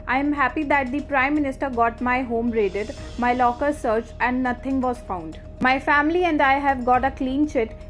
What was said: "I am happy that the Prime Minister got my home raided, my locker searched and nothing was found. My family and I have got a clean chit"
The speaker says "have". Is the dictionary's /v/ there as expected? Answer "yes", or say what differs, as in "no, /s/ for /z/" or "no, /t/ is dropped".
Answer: yes